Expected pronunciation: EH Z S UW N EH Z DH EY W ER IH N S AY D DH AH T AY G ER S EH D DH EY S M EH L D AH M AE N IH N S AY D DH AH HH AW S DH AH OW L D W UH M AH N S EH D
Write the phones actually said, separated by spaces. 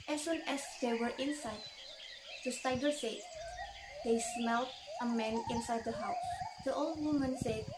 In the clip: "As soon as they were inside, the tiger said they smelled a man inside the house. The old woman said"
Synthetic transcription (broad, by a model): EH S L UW N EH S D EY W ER IH N S AY D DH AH S AY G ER S EH D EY S M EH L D AH M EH N IH N S AY D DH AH HH AW S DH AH OW L D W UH M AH N S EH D